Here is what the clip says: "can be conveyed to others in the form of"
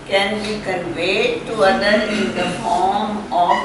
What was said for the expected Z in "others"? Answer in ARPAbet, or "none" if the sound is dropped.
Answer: none